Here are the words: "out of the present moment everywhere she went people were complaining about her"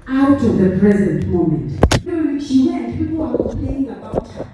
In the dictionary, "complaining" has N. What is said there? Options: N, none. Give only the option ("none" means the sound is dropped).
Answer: none